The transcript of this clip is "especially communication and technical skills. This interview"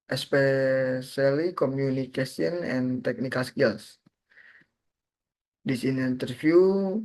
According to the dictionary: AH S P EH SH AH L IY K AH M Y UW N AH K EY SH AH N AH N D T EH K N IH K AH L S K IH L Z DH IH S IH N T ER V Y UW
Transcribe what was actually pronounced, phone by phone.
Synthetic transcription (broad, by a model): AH S P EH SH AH L IY K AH M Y UW N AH K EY S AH N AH N T EH K N IH K AH L S K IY L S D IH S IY N T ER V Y UW